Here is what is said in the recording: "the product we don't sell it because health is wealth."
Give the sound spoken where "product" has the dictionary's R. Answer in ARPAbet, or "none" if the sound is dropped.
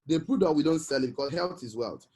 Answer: none